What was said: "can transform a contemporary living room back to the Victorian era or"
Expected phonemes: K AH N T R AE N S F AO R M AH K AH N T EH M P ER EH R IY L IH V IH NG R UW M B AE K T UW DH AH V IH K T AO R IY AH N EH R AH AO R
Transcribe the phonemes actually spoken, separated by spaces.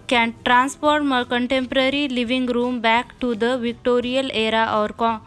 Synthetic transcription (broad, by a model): K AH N T R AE N S P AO R M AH K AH N T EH M P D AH R IY L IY V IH NG R UW M B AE K T UW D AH V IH K T AO R IY AH L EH R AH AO R